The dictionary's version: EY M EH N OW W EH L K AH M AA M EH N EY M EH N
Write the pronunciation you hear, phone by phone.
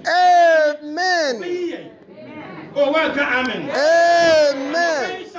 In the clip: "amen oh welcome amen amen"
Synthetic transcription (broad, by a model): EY M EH N OW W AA K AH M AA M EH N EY M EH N